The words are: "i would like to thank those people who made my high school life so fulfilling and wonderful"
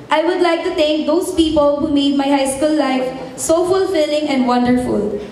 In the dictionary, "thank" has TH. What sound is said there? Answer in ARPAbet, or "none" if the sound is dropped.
T